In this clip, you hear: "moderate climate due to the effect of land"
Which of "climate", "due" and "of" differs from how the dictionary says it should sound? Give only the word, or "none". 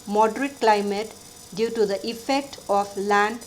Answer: of